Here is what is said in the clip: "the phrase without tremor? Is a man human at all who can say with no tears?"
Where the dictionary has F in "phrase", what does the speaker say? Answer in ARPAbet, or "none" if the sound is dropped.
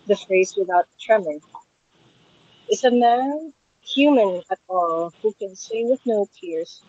F